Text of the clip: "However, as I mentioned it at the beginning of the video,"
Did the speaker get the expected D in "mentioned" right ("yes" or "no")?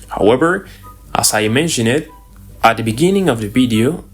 no